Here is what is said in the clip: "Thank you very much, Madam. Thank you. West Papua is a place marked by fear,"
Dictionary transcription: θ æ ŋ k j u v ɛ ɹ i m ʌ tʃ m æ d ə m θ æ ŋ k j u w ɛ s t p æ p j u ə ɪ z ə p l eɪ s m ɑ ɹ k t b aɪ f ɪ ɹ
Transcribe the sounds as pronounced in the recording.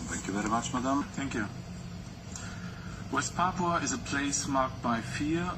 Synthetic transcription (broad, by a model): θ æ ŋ k j u v ɛ ɹ i m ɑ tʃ m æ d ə m θ æ ŋ k j u w ɛ s t p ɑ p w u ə ɪ z ə p l eɪ s m ɑ ɹ k t b aɪ f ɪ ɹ